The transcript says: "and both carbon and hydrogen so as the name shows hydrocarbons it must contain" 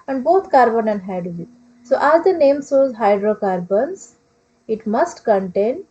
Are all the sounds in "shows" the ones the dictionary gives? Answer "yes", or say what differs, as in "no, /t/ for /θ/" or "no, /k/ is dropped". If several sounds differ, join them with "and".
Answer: no, /s/ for /ʃ/